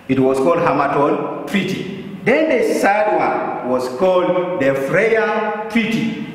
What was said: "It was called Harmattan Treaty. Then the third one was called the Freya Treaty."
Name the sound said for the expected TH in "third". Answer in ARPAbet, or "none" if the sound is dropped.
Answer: S